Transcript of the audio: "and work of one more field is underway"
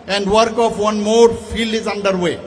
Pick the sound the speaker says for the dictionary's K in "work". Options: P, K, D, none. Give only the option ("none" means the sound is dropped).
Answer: K